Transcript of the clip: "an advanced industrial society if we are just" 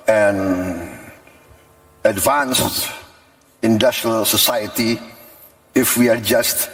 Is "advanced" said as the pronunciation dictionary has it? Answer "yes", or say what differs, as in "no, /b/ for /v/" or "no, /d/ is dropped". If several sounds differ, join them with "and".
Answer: yes